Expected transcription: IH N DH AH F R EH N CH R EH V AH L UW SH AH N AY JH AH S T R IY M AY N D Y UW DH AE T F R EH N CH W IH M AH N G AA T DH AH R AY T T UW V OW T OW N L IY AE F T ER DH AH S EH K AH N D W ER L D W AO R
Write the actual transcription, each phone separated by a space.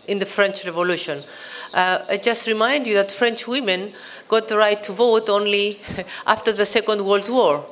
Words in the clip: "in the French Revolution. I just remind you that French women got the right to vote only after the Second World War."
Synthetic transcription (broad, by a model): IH N DH AH F R EH N CH R EH V AH L UW SH AH N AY JH AH S T R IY M AY N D Y UW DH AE T F R EH N CH W IH M AH N G AA T DH AH R AY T T UW V OW T OW N L IY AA F T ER DH AH S EH K AH N D W ER L D W AO R